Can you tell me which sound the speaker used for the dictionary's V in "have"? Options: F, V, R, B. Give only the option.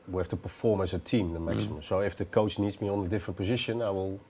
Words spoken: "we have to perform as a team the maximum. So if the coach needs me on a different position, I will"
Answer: F